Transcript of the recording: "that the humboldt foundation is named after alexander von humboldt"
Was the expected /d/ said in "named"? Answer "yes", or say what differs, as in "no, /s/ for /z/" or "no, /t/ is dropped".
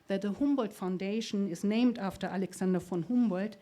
yes